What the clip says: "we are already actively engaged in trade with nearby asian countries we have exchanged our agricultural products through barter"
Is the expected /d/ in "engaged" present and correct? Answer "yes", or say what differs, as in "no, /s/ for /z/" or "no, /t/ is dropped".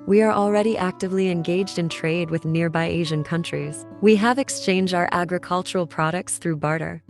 yes